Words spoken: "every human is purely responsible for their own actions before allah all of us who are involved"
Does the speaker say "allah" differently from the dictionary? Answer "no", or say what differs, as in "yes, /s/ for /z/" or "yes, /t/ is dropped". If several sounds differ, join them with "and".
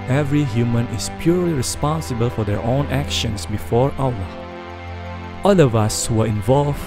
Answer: yes, /w/ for /l/